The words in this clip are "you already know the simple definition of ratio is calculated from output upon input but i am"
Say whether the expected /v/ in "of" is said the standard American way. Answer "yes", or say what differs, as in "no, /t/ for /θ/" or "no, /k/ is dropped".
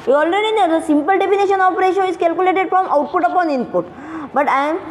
no, /p/ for /v/